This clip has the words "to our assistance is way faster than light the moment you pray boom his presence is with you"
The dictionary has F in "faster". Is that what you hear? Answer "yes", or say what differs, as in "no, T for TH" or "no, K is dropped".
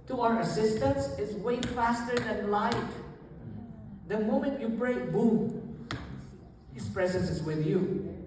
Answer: yes